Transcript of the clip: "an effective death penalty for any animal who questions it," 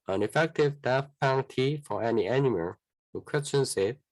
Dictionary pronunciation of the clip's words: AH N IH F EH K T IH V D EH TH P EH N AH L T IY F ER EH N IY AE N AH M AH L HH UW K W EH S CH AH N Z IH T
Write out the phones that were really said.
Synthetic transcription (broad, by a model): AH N IH F EH K T IH V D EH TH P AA AH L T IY F ER EH N IY AE N AH M AH L HH UW K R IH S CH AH N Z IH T